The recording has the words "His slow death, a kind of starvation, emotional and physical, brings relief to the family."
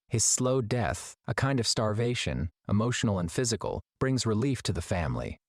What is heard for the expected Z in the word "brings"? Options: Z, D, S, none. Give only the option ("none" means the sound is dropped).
Z